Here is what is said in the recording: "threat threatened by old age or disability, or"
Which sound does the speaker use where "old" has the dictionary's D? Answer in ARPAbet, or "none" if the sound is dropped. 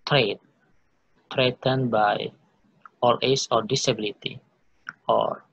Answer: none